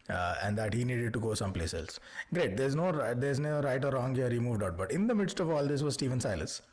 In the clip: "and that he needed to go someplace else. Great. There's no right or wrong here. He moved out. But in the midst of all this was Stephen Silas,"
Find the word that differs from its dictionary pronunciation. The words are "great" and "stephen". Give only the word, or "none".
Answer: none